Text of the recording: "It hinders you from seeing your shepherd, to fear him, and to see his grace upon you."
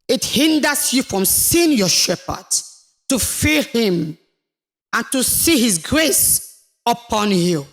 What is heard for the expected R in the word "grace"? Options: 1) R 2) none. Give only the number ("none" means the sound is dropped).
1